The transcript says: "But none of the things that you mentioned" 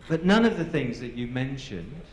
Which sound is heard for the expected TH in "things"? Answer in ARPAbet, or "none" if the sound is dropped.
TH